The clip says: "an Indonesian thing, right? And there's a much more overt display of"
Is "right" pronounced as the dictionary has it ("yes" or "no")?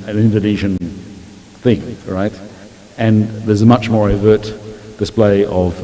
yes